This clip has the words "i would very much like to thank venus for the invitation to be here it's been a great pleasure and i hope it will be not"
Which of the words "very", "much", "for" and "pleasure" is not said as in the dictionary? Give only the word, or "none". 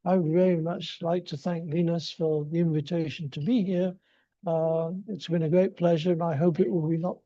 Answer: none